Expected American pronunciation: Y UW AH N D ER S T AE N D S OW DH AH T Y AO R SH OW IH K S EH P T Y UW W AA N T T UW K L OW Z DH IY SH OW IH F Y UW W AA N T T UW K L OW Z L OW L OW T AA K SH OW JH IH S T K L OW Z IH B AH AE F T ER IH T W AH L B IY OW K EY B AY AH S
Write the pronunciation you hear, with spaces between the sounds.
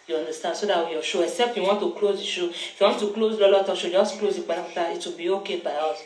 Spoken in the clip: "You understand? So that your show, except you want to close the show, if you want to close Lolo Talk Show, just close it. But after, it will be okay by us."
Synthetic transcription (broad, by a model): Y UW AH N D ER S T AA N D S OW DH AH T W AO SH OW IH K S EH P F Y UW W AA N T T UW K L OW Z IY SH OW IH F Y UW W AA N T T UW K L OW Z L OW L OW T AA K SH OW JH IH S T K L OW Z IH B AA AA T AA IH T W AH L B IY OW K EY B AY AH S